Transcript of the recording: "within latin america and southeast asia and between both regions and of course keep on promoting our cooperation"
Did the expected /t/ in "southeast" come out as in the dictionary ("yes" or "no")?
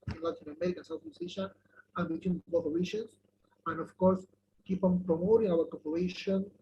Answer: no